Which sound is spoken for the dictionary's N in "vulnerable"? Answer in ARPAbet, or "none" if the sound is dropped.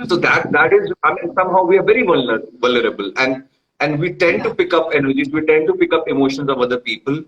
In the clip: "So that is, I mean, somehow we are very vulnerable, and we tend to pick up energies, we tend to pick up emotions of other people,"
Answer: L